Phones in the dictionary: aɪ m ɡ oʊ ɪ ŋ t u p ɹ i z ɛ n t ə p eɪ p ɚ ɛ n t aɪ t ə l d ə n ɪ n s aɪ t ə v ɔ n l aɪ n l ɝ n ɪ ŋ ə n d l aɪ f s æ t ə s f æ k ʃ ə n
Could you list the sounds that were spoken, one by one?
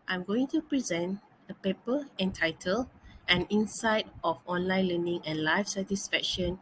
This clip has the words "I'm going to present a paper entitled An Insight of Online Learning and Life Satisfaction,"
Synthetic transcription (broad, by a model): aɪ m ɡ oʊ ɪ ŋ t u p ɹ i z ɛ n t ə p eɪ p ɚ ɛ n t aɪ t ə l ə n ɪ n s aɪ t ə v ɔ n l aɪ n l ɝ n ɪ ŋ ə n l aɪ f s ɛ t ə s f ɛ k ʃ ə n